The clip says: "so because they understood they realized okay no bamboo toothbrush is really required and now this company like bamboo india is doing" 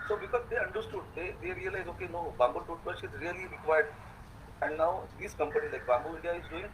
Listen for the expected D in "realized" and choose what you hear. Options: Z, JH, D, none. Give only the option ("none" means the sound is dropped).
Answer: none